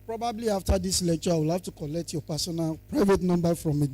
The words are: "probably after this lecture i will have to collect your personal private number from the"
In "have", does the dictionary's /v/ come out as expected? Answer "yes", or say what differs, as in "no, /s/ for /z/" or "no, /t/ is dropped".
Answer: no, /f/ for /v/